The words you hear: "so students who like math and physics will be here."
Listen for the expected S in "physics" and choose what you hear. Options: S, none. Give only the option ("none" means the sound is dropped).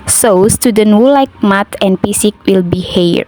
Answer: none